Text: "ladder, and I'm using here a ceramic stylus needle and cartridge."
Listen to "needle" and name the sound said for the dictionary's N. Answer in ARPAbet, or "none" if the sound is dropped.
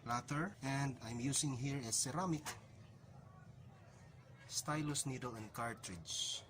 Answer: N